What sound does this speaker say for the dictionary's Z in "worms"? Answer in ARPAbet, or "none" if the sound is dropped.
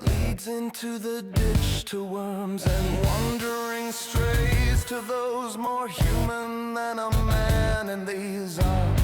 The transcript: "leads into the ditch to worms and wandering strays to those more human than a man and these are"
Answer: Z